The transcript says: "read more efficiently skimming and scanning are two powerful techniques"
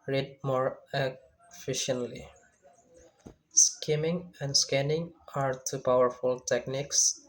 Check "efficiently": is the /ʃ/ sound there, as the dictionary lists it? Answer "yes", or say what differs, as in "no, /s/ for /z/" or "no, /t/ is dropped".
yes